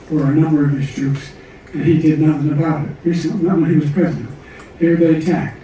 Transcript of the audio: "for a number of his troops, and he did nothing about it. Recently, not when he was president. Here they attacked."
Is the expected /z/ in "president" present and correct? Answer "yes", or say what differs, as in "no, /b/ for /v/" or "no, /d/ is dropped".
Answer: yes